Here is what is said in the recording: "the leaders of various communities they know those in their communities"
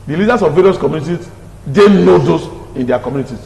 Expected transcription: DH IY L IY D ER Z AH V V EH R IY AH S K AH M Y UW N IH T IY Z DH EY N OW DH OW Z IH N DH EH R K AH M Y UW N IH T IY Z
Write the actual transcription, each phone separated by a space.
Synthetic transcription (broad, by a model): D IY L IY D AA S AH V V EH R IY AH S K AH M Y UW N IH T IY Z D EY N OW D OW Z IH N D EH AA K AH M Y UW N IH T IY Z